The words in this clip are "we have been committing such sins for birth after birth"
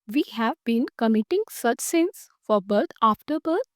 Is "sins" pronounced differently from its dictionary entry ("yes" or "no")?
yes